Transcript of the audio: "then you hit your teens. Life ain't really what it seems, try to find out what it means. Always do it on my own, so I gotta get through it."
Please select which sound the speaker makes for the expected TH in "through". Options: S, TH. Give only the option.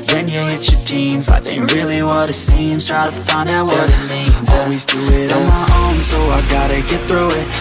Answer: TH